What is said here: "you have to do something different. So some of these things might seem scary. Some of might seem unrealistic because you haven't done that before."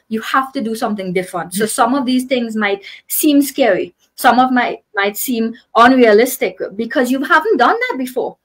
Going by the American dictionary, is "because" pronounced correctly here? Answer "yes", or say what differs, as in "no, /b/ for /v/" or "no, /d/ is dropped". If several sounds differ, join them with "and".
yes